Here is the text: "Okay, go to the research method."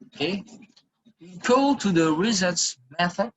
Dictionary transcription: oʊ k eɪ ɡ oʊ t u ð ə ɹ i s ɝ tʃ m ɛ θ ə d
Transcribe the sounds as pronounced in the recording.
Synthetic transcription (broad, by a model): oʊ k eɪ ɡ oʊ t u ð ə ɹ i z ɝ s m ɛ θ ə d